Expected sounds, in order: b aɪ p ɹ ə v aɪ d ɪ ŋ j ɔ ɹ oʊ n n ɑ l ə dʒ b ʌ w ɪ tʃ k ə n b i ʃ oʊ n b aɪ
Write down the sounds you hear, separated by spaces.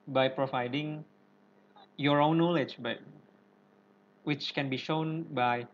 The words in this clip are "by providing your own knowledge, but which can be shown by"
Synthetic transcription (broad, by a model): b aɪ p ɹ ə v aɪ d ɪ ŋ j ɔ ɹ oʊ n n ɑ l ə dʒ b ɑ w ɪ tʃ k ə n b i ʃ oʊ n b aɪ